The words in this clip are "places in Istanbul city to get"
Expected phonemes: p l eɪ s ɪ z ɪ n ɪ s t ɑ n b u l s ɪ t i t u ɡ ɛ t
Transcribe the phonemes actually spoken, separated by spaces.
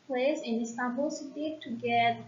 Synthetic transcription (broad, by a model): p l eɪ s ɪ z ɪ n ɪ s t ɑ b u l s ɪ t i t u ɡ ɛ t